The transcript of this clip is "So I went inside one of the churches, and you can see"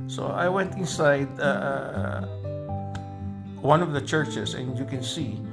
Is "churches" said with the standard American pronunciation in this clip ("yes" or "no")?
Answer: no